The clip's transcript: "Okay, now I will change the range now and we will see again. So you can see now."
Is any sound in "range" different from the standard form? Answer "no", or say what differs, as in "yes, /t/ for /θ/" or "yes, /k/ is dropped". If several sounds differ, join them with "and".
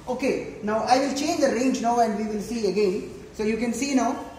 no